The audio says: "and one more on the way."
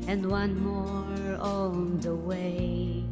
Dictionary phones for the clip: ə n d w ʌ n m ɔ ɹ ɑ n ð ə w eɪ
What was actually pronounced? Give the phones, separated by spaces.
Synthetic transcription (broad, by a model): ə n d w ʌ n m ɔ ɹ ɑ l ð ə w eɪ